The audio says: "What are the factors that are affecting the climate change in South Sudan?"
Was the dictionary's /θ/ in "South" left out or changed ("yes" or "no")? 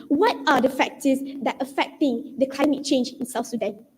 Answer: yes